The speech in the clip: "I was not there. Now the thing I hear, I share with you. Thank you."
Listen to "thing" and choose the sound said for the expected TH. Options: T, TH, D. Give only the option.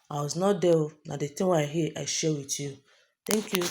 T